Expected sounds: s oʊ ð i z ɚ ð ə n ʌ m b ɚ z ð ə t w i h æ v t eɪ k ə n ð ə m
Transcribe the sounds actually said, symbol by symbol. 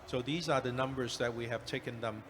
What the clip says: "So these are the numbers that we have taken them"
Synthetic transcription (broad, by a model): s oʊ ð i z ɚ ð ə n ʌ m b ɚ z ð ə t w i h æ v t eɪ k ə n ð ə m